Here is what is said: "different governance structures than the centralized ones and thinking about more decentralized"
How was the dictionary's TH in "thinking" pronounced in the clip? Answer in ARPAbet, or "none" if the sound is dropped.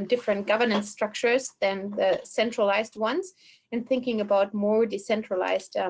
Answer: TH